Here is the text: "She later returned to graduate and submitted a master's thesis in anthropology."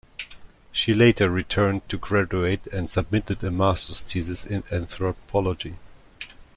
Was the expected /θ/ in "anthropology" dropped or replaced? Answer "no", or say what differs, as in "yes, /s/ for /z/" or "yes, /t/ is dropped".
no